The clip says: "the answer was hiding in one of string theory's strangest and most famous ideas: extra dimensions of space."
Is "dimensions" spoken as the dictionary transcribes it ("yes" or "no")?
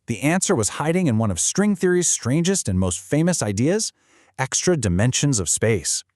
yes